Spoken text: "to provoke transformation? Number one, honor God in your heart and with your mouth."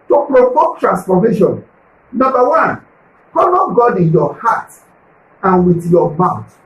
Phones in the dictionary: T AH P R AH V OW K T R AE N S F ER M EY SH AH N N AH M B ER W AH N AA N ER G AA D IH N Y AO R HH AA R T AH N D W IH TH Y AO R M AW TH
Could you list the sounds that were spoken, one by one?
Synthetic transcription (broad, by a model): T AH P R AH P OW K T R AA N S F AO M EY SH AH N N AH M B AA W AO N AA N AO G AA D IH N Y AO HH AA T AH N W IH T Y AO M AW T